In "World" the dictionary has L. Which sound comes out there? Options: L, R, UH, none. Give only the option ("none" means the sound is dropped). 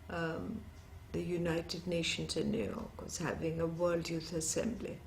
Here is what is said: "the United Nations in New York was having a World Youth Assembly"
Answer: L